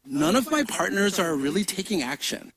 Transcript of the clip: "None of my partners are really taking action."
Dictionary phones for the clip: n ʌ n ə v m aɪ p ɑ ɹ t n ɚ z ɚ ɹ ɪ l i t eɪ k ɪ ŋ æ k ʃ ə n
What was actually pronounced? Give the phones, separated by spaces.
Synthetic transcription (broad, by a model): n ʌ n ə v m aɪ p ɑ ɹ t n ɚ z ɚ ɹ ɪ l i t eɪ k ɪ ŋ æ k ʃ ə n